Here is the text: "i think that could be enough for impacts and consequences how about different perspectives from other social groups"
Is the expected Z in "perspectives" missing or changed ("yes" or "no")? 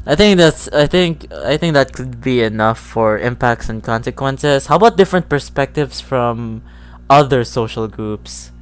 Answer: yes